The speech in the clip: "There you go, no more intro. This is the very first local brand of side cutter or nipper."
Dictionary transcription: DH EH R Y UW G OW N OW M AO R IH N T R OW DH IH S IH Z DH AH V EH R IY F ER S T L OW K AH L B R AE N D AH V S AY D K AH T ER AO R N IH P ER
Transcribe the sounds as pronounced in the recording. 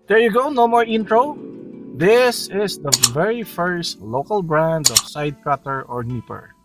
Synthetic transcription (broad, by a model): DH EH R Y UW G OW N OW M AO R IH N T R OW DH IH S IH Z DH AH V EH R IY F ER S T L OW K AH L B R AE N D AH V S AY D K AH T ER AO R N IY P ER